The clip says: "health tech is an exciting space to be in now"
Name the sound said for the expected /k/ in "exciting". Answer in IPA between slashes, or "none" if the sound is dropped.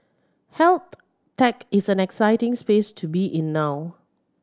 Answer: /k/